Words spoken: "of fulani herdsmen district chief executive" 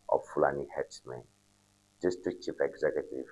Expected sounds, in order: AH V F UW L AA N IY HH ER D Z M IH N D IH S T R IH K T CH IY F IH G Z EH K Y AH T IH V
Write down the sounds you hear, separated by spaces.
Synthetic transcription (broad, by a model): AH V F UW L AA N IY HH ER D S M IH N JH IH S T IH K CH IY P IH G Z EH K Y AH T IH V